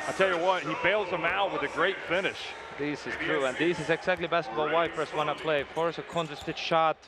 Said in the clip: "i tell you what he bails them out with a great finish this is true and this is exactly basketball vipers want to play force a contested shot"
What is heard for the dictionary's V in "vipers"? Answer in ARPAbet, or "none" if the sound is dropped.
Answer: W